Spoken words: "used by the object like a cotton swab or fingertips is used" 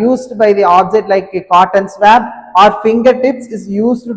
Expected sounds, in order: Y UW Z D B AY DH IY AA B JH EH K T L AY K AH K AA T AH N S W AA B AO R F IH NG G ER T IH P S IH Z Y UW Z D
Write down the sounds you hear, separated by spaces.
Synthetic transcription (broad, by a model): Y UW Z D B AY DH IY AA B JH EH T L AY K AH K AA T AH N S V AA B AO R F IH NG G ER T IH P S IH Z Y UW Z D